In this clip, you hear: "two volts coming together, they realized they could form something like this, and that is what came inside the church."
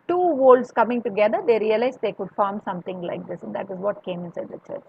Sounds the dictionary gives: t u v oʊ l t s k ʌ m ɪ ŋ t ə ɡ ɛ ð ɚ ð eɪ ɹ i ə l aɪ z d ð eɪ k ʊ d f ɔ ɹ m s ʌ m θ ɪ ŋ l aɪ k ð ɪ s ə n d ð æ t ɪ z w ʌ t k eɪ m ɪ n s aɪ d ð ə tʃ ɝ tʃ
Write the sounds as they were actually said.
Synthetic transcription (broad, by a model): t u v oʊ l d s k ʌ m ɪ ŋ t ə ɡ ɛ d ɚ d eɪ ɹ i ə l aɪ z d eɪ k ʊ d f ɔ ɹ m s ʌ m t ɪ ŋ l aɪ k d ɪ s ə n d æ t ɪ z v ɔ t k eɪ m ɪ n s aɪ d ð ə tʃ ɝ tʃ